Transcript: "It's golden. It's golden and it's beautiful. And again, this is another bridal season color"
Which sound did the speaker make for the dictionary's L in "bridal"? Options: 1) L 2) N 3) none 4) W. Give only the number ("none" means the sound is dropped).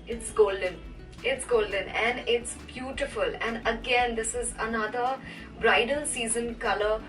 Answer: 2